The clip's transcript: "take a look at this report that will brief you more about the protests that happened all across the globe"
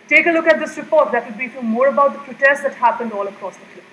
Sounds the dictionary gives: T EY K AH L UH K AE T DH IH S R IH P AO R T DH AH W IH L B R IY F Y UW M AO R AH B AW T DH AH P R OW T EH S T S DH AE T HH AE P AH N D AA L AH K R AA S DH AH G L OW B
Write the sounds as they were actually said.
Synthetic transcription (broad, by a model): T EY K AH L UH K AE T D IH S R IH P AO R T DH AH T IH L B IY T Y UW M AO R AH B AW T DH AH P R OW T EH S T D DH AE T HH AE P AH N D AA L AH K R AA S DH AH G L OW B